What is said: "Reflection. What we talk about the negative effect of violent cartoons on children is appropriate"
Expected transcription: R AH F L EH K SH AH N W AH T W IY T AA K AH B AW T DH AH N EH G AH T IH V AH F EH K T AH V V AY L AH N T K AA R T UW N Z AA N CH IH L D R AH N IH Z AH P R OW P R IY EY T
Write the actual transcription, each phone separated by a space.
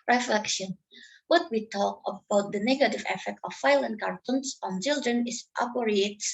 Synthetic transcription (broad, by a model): R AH F L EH K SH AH N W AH T W IY T AA K AH B AW T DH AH N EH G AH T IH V AH F EH K T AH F AY L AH N K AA R T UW N S AA N CH IH L D R AH N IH S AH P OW R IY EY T